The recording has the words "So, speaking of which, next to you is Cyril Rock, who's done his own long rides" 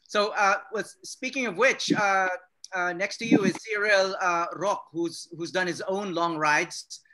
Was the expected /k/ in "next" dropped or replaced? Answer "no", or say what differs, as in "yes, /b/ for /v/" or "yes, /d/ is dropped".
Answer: no